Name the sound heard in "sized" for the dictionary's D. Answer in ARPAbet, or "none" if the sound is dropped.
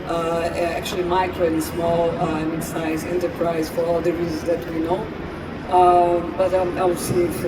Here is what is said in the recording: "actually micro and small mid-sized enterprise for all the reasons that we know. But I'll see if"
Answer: none